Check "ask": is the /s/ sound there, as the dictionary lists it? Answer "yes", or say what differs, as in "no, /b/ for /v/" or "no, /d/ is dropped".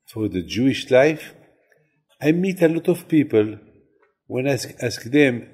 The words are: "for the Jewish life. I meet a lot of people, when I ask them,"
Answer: yes